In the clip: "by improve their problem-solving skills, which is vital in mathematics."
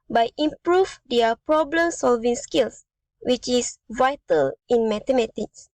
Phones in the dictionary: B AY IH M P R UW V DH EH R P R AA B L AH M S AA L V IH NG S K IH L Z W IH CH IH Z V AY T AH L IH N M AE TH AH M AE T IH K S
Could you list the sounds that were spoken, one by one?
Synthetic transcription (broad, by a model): B AY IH M P R UW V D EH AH P R AA B L AH M S AA L V IH NG S K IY L S W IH CH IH S V AY T AH L IH N M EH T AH M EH T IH K S